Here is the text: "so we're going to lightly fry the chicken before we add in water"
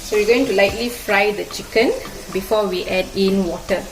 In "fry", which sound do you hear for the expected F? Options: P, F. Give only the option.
F